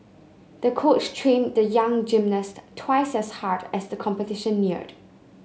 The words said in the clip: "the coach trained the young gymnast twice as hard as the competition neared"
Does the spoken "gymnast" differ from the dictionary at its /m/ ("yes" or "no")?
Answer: no